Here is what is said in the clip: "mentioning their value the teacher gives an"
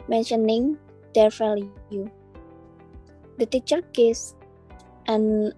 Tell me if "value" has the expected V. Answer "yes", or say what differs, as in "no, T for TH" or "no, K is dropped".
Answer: no, F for V